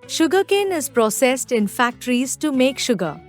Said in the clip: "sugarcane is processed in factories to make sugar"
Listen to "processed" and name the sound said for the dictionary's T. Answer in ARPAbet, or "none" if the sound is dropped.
T